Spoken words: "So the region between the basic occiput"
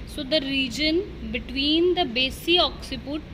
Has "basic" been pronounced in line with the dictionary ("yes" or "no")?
no